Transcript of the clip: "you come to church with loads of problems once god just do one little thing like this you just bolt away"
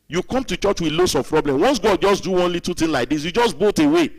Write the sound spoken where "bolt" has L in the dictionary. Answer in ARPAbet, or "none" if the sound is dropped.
none